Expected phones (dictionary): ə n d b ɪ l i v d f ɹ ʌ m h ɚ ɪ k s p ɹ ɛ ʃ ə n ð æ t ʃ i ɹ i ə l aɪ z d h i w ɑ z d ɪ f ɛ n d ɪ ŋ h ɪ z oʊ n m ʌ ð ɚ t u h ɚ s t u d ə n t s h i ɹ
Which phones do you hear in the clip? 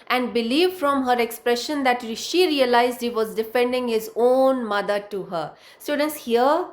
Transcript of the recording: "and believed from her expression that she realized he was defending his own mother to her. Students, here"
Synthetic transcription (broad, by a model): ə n d b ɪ l i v f ɹ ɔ m h ɚ ɪ k s p ɹ ɛ ʃ ə n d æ t ʃ i ɹ i ə l aɪ z d h i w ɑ z d ɪ f ɛ n d ɪ ŋ h ɪ z oʊ n m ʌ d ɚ t u h ɚ s t u d ə n t s h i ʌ